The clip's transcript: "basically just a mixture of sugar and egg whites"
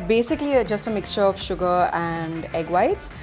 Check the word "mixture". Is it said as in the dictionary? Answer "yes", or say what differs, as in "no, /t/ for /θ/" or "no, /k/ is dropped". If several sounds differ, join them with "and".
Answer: yes